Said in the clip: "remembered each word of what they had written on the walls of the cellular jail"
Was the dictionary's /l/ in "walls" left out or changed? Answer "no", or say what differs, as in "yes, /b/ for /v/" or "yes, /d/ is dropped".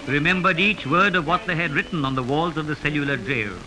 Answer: no